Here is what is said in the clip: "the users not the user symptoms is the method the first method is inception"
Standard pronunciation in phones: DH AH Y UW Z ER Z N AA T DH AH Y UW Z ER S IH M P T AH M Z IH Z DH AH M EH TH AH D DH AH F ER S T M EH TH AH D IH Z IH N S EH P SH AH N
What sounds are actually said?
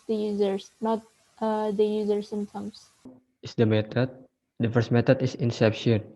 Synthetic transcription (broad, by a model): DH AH Y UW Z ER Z N AA T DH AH Y UW Z ER S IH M T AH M S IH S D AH M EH T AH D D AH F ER S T M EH T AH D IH S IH N S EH P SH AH N